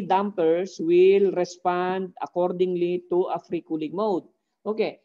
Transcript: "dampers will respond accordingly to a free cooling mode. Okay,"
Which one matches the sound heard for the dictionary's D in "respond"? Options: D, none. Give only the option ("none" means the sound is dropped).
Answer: D